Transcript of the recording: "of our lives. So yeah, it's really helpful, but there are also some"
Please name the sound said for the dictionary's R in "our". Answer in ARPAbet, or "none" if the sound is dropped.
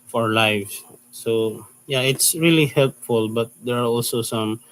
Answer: R